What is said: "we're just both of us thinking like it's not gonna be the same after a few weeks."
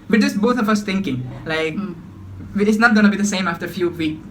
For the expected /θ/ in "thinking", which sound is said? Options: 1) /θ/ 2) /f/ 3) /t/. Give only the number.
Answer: 3